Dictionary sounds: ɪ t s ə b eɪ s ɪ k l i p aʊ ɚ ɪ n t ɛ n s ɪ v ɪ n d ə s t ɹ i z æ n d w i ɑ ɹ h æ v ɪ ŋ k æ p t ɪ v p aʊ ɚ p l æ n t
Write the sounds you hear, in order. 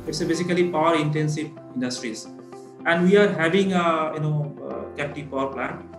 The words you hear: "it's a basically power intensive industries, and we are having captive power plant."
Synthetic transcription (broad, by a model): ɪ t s ə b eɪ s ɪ k l i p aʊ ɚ ɪ n t ɛ n s ɪ v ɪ n d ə s t ɹ i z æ n d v i ɑ ɹ h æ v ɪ ŋ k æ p t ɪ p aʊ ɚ p l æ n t